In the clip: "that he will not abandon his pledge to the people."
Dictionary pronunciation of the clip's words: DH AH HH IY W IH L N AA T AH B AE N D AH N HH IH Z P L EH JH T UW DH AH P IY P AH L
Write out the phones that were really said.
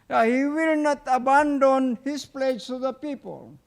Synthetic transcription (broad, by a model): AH HH IY W IH L N AA T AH B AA N D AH N HH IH S P L EH JH S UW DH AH P IY P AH L